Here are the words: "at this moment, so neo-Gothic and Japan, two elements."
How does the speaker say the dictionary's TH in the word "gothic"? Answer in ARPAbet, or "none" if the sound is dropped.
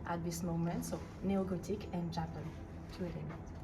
T